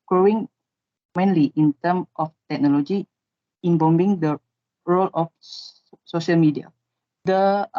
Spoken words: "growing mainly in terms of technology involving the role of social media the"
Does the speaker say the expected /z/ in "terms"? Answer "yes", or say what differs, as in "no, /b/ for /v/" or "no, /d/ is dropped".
no, /z/ is dropped